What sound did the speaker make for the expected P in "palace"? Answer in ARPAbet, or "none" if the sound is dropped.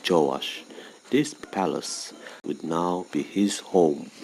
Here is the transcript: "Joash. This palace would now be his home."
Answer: P